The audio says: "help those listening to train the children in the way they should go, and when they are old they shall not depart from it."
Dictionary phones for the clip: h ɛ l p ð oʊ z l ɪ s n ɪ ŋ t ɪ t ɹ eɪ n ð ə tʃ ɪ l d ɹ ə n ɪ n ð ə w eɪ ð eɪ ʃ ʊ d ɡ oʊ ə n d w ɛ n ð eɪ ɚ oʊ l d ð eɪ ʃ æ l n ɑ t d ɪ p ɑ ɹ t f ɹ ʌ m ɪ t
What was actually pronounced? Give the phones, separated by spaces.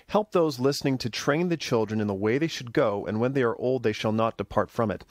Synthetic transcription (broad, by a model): h ɛ l p ð oʊ z l ɪ s n ɪ ŋ t ɪ t ɹ eɪ n ð ə tʃ ɪ l d ɹ ə n ɪ n ð ə w eɪ ð eɪ ʃ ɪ d ɡ oʊ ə n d w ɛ n ð eɪ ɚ oʊ l d ð eɪ ʃ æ l n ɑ t d ɪ p ɑ ɹ t f ɹ ʌ m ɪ t